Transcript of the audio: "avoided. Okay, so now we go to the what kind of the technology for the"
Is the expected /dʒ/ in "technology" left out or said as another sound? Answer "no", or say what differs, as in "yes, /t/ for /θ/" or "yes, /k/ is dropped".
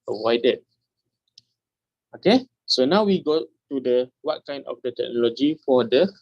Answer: no